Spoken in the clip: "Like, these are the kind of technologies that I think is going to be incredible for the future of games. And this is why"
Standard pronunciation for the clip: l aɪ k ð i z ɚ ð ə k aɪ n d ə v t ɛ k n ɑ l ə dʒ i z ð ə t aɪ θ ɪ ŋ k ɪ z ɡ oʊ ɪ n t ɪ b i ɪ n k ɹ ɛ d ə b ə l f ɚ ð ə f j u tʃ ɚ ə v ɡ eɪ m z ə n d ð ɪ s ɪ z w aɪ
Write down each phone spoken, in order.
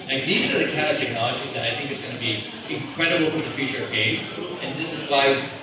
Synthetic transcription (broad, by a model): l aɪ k ð i z ɚ ð ə k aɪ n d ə t ɛ k n ɑ l ə dʒ i z ð ə t aɪ θ ɪ ŋ k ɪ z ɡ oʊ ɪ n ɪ b i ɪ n k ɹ ɛ d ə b l f ɚ ð ə f j u tʃ ɚ ə v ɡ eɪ z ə n ð ɪ s ɪ z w aɪ